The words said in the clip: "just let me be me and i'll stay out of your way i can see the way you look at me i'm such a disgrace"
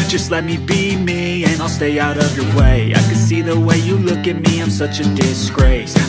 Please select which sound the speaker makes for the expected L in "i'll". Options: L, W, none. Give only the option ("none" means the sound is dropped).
L